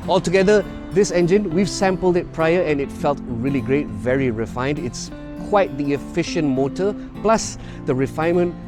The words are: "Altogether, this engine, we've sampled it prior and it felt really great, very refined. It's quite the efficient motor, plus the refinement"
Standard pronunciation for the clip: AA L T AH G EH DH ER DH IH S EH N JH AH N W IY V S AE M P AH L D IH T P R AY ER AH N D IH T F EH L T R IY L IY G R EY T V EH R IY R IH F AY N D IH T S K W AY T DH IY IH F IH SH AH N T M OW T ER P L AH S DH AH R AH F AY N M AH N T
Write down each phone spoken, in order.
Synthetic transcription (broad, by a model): AA L T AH G EH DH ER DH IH S EH N JH AH N W IY V S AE M P AH L D IH T P R AY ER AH N IH T F EH L T R IY L IY G R EY T V EH R IY R IH F AY N D IH T S K W AY T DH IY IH F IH SH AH N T M OW T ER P L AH S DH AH R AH F AY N M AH N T